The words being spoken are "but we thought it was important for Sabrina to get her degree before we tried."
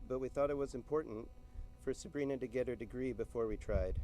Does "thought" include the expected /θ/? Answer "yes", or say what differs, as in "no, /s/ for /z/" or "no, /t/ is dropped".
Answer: yes